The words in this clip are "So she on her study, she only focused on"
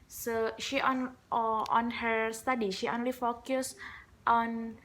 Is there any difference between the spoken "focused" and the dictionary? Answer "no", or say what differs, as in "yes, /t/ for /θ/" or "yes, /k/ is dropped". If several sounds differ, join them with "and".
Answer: no